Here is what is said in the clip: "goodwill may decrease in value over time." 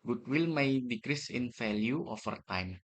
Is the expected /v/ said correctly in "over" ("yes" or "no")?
no